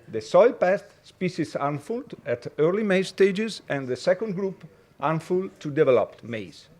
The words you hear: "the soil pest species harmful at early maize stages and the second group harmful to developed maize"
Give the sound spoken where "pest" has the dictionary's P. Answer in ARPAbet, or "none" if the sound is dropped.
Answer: P